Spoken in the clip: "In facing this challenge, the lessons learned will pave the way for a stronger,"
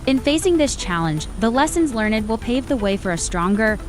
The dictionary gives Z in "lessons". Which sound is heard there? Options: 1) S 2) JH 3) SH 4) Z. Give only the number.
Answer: 4